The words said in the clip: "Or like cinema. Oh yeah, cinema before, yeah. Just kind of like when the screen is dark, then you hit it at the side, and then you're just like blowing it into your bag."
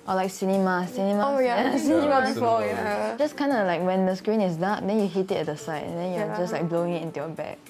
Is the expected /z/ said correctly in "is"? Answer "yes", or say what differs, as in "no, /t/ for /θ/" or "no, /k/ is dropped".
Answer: no, /s/ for /z/